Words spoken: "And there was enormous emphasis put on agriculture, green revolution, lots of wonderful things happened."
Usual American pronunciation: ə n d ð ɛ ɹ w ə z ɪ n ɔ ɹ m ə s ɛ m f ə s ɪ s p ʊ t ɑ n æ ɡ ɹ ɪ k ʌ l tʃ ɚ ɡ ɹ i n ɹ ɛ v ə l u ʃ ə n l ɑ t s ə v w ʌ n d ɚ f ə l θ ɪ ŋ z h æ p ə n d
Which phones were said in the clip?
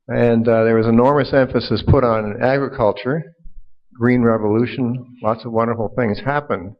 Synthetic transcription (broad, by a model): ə n ð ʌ ɹ w ə z ɪ n ɔ ɹ m ə s ɛ m f ə s ɪ s p ʊ t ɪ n æ ɡ ɹ ɪ k ʌ l tʃ ɚ ɡ ɹ i n ɹ ɛ v ə l u ʃ ə n l ɑ t s ə v w ʌ n d ɚ f l θ ɪ ŋ z h æ p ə n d